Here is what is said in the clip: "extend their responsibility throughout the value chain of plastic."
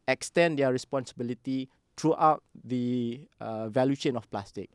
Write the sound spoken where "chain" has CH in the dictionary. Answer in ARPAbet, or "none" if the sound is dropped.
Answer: SH